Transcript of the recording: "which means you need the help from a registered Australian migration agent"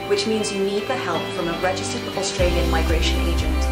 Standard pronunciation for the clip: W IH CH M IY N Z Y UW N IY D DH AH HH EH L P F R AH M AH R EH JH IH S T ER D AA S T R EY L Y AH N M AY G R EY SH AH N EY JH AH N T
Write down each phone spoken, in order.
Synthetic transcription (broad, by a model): W IH CH M IY N Z Y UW N IY D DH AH HH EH L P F R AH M AH R EH JH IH S T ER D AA S T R EY L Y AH N M AY G R EY SH AH N EY JH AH N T